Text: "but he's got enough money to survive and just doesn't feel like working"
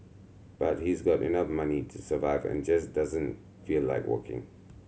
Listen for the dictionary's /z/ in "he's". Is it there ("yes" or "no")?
yes